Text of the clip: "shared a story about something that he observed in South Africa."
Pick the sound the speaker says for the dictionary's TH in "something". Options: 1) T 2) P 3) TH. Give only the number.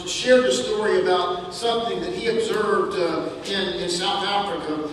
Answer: 3